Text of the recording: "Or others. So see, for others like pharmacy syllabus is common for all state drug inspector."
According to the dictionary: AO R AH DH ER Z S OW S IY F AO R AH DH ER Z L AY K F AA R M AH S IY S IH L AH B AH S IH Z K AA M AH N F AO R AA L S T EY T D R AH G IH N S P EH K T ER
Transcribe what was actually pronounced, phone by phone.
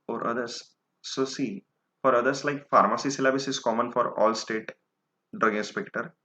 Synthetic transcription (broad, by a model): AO R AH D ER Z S OW S IY F AO R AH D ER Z L AY K F AA R M AH S IY S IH L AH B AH S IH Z K AA M AH N F AO R AA L S T EY T D R AH G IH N S P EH K T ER